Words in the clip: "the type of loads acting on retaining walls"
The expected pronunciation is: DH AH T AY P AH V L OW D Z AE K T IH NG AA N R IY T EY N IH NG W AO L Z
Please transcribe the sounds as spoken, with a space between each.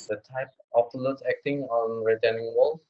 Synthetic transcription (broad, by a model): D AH T AY P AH P L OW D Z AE K T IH NG AA N R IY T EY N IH NG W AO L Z